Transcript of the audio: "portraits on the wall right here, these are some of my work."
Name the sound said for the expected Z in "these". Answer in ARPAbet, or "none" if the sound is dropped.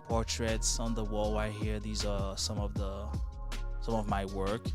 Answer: Z